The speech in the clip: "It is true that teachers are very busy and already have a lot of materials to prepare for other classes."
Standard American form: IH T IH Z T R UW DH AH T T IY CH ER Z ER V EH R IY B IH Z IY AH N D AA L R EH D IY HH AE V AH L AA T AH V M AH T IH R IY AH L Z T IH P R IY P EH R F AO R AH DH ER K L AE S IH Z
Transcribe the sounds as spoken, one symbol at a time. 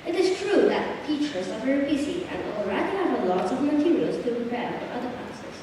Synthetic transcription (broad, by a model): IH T IH Z T R UW DH AH T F IY CH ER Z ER V EH R IY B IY S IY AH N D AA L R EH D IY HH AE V AH L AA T AH V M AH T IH R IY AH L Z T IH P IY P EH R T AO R AH DH ER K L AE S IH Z